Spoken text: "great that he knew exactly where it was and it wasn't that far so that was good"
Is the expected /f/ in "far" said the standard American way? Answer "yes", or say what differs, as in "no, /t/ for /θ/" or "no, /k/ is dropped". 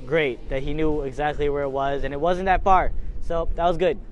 no, /p/ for /f/